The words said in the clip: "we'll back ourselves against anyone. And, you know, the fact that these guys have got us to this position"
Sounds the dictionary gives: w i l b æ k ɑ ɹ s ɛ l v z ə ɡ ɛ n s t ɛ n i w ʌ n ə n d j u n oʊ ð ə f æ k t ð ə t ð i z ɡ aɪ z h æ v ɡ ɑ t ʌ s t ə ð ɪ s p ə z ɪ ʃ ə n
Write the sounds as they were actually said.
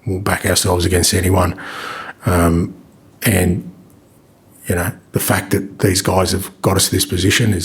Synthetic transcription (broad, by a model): w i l b æ k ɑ ɹ s ɛ l v z ə ɡ ɛ n s t ɛ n i w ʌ n ə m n j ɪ n oʊ ð ə f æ k ð ə t ð i z ɡ aɪ z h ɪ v ɡ ɑ t ʌ s t ə ð ɪ s p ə z ɪ ʃ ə n